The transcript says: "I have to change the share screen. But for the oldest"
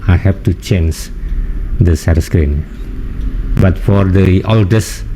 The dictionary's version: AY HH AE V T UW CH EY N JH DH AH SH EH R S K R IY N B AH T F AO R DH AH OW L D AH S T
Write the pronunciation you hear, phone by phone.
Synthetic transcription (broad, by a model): AY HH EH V T UW CH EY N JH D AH S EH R S K R IY N B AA T F AO R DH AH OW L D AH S